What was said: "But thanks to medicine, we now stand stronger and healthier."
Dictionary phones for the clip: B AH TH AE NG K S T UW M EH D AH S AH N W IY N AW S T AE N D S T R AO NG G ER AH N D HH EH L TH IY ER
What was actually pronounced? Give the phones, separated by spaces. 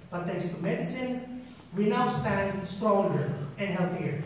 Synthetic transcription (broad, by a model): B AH T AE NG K S T UW M EH D AH S AH N W IY N AW S T AE N D S T R AO NG G ER AH N D HH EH L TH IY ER